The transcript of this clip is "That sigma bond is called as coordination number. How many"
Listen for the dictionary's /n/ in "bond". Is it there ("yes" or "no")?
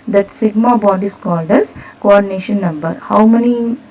no